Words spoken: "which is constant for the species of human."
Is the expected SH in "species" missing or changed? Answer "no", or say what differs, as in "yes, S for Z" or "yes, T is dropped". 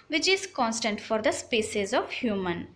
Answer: yes, S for SH